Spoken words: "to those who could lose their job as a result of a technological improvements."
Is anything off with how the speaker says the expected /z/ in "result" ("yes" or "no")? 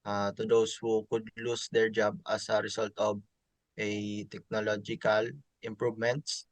yes